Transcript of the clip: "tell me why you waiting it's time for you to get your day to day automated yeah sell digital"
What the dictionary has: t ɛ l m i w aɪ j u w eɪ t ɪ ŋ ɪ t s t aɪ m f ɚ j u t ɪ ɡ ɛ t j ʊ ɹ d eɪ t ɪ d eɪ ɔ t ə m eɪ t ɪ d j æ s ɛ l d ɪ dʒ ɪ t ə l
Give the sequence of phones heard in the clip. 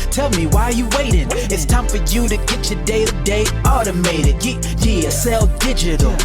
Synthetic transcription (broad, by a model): t ɛ l m i w aɪ j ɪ w eɪ t ɪ ŋ ɪ t s t aɪ m f ɚ j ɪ t ɪ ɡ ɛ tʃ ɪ d eɪ ɪ d eɪ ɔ t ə m eɪ t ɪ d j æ s ɛ l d ɪ dʒ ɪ t l